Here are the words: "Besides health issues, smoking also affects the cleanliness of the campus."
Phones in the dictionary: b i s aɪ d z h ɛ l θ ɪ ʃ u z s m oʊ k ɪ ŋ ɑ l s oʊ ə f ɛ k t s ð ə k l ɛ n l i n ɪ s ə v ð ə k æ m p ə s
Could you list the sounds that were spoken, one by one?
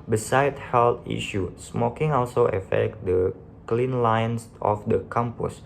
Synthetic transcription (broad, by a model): b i s aɪ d h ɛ l t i ʃ u s m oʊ k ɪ ŋ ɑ l s oʊ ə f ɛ k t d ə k l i n l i n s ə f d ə k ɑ m p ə s